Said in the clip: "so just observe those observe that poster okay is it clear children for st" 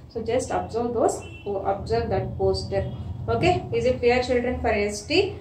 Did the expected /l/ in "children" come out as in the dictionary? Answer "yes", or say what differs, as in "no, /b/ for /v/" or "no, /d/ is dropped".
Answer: yes